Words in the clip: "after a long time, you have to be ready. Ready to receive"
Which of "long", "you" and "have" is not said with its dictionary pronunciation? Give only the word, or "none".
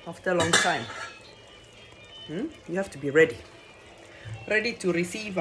have